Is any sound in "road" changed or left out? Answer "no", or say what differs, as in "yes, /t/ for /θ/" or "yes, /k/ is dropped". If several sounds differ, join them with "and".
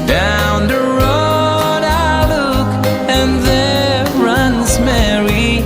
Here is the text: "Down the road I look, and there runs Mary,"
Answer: no